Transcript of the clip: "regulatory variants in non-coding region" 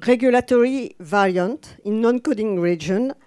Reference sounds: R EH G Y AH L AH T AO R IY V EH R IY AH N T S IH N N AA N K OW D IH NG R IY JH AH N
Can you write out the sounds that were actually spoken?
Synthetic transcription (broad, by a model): R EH G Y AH L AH T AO R IY V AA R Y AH N T IH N N AA N K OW D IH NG R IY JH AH N